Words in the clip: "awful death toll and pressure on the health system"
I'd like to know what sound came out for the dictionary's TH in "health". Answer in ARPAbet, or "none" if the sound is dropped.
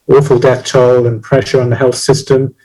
TH